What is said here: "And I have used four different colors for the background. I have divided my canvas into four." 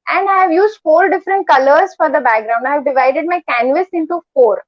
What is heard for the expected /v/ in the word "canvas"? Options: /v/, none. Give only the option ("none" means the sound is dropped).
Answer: /v/